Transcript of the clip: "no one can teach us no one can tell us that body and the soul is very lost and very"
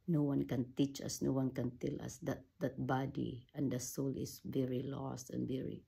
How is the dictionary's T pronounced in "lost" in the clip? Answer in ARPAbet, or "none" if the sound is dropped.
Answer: T